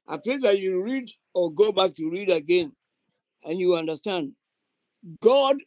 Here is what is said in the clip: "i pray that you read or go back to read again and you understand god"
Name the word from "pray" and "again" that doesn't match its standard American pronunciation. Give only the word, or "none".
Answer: pray